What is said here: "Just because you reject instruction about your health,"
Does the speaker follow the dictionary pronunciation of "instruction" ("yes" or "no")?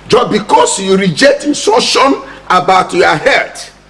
no